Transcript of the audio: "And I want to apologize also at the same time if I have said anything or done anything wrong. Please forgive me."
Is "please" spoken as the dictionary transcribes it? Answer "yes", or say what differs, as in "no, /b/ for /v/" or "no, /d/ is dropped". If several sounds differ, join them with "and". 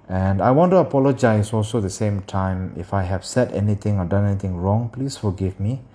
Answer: no, /s/ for /z/